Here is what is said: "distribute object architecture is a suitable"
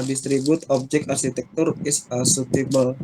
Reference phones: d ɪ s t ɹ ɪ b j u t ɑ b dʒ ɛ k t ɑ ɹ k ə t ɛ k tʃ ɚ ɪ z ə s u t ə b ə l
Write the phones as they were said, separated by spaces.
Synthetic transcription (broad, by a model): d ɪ s t ɹ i b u t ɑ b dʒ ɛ k ɑ ɹ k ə t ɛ k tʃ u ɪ s ə s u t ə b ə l